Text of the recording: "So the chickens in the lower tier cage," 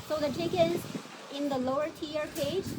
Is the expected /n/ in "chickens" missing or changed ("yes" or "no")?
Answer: yes